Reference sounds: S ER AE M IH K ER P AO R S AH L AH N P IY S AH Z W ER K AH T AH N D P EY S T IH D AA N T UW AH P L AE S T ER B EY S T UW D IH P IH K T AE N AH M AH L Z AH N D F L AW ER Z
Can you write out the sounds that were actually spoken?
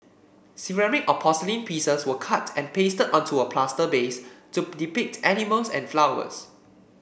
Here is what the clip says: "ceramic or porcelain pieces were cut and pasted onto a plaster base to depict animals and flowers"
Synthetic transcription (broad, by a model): S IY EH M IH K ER P AO S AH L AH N P IY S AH S W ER K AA T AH N P EY S T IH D AA N T UW AH P L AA S T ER B EY S T UW D IH P IH K T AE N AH M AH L S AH N F L AW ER S